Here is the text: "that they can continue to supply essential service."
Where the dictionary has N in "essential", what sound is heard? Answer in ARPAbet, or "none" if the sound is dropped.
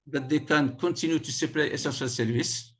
none